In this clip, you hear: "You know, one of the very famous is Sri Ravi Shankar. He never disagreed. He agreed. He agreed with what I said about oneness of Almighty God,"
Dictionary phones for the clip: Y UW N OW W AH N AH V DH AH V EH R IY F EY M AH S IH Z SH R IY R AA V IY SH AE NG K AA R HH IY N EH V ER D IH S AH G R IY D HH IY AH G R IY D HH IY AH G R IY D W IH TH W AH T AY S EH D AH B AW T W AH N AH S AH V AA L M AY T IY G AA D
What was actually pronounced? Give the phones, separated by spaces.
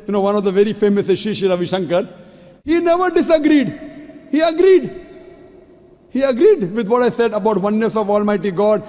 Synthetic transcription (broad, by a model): Y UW N OW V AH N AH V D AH V EH R IY F EY M AH S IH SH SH IY R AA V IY SH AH NG K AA R HH IY N EH V ER D IH S AH G R IY D HH IY AH G R IY D HH IY AH G R IY D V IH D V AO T AY S EH D AH B AW T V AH N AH S AH V AA L M AY T IY G AA D